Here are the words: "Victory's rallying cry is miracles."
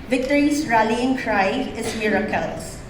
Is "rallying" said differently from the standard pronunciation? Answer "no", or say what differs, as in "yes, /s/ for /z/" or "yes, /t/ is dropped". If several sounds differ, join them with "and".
no